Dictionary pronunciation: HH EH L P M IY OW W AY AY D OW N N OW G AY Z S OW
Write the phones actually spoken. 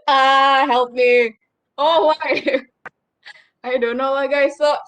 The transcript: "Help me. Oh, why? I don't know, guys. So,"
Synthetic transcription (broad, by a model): HH EH L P M IY OW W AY AY D OW N L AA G AY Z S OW